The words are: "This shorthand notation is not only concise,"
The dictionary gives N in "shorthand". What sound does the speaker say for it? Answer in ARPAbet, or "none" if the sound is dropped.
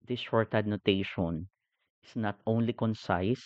none